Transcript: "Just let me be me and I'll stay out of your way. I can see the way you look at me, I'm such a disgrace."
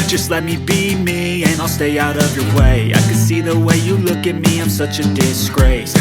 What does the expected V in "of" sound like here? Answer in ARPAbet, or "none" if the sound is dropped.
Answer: V